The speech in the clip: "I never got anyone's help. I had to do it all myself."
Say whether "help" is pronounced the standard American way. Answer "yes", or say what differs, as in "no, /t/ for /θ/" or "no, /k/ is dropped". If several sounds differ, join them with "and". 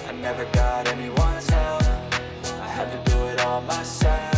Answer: no, /f/ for /p/